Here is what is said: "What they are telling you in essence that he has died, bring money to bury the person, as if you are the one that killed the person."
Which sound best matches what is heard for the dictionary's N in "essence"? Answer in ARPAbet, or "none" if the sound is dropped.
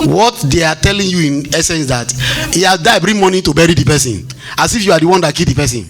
N